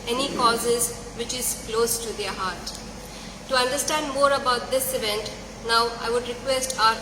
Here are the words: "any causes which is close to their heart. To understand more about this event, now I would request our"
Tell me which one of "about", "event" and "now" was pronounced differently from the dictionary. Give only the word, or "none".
none